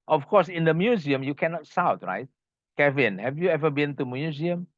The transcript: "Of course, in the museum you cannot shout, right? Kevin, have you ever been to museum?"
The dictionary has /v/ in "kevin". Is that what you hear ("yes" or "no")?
yes